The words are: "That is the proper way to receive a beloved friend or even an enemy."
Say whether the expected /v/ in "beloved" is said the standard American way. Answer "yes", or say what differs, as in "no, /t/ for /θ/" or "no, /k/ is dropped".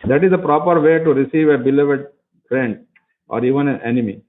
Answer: yes